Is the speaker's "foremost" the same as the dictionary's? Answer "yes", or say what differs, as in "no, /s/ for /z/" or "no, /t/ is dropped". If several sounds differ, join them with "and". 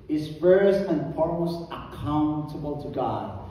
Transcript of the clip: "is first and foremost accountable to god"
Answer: no, /t/ is dropped